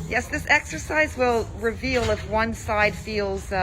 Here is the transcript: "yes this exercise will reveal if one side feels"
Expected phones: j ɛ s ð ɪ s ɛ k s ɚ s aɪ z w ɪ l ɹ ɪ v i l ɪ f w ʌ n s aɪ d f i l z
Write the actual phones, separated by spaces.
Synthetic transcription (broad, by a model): j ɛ s ð ɪ s ɛ k s ɚ s aɪ z w ɪ l ɹ ɪ v i l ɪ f w ʌ n s aɪ d f i l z